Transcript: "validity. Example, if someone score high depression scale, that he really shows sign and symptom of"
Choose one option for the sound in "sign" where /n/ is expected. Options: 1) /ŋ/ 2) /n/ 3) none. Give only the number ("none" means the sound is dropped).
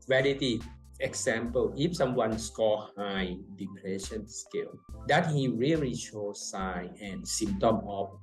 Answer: 3